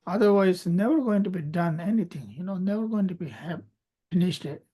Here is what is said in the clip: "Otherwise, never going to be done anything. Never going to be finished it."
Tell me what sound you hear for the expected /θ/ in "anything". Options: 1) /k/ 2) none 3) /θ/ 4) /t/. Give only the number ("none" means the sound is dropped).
4